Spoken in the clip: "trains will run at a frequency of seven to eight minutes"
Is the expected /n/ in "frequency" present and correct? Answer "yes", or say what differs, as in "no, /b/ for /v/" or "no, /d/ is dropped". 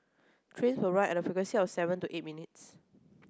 no, /n/ is dropped